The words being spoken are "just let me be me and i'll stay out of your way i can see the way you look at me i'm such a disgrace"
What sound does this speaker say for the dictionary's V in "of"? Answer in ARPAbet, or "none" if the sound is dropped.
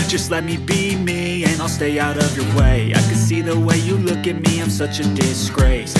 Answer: V